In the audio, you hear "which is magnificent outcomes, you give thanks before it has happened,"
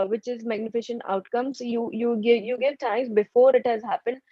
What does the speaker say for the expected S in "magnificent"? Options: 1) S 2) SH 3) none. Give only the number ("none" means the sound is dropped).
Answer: 2